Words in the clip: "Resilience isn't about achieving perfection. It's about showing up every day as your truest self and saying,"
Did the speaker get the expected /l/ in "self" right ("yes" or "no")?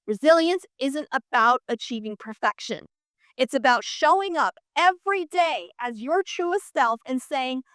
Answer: yes